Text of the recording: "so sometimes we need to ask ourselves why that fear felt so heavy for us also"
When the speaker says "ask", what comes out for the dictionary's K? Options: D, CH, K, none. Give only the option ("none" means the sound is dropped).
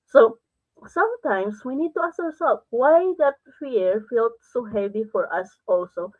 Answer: none